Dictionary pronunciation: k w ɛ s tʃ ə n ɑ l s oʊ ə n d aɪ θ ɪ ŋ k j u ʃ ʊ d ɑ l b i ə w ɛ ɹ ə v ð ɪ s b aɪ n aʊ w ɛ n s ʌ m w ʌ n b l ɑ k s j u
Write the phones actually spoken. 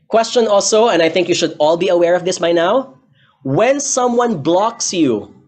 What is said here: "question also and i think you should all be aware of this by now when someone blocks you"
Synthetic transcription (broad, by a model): k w ɛ s tʃ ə n ɑ l s oʊ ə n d aɪ θ ɪ ŋ k j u ʃ ʊ d ɑ l b i ə w ɛ ɹ ə v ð ɪ s b aɪ n aʊ w ɛ n s ʌ m w ʌ n b l ɑ k s j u